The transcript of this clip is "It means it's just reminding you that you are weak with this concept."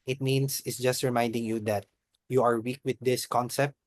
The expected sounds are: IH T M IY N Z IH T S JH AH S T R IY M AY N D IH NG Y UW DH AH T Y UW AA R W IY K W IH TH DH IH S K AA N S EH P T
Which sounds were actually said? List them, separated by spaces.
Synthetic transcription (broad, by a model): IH T M IY N S IH T S JH AH S T R IY M AY N D IH NG Y UW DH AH T Y UW AA R W IY K W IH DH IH S K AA N S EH P T